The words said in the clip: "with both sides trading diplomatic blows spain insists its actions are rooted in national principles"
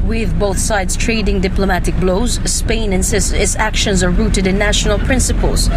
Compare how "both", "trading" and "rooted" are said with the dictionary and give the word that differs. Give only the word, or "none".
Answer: none